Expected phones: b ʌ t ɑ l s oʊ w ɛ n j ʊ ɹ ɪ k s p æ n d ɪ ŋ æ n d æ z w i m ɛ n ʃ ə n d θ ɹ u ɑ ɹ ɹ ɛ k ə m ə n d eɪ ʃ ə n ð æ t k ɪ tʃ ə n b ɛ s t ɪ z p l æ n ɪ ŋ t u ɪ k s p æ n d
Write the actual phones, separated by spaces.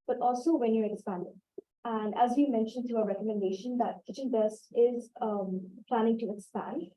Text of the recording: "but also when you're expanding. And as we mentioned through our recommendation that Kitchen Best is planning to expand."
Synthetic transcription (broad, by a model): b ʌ t ɑ l s oʊ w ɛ n j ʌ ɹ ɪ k s p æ n d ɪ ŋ æ n d æ z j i m ɛ n ʃ ə n d t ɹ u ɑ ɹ ɹ ɛ k ə m ə n d eɪ ʃ ə n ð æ t k ɪ tʃ ə n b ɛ s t ɪ z p l æ n ɪ ŋ t u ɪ k s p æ n d